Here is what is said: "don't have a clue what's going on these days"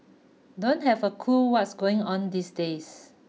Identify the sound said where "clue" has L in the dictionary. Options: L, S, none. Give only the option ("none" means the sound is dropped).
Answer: none